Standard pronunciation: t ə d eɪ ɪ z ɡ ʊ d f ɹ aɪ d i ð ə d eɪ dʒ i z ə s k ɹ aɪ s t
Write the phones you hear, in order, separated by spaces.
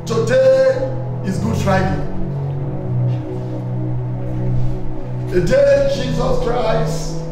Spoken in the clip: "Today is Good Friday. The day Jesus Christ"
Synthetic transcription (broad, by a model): t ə d eɪ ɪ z ɡ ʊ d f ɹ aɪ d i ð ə d eɪ dʒ i z ə s k ɹ aɪ s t